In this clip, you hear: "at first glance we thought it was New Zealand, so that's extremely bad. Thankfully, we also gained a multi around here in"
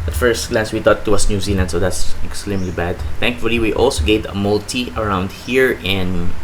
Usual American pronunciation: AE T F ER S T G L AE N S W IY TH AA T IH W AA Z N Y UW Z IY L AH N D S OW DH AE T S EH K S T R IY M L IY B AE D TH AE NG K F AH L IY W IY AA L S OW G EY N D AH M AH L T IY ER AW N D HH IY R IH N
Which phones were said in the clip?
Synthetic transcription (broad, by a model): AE T F ER S T G L AE N S W IY T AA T IH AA S N Y UW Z IY L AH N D S OW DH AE T S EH K S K R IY M L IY B AE D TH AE NG K F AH L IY W IY AA L S OW G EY D AH M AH L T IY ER AW N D HH IY R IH N